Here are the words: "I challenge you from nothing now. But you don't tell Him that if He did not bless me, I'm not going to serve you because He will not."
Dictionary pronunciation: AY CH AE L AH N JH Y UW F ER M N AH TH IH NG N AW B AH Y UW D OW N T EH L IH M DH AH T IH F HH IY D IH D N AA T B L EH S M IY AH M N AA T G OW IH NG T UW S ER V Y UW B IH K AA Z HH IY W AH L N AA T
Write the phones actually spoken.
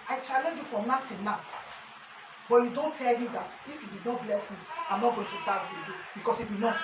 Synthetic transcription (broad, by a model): AY CH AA L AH N JH Y UW F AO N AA T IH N N AW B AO Y UW D OW N T EH L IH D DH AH T IH F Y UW D IH D N AA T B L EH S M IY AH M N AA T G OW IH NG T UW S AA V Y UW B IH K AA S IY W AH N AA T